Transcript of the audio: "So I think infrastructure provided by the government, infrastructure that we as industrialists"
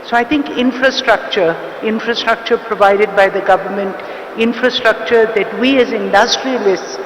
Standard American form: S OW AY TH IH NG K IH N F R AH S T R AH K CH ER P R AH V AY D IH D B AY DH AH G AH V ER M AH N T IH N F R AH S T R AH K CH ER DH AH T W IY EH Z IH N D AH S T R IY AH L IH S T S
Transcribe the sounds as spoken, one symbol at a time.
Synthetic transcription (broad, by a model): S OW AY T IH NG K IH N F R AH S T R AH K CH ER P R AH V AY D IH D B AY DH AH G AH V ER M AH N T IH N F R AH S T R AH K CH ER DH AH T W IY EH Z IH N D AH S T R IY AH L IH S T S